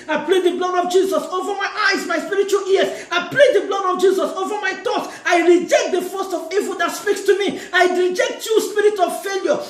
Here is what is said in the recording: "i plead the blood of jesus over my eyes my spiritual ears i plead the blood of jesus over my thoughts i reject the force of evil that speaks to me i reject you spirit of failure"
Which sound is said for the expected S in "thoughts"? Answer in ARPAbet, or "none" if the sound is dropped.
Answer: none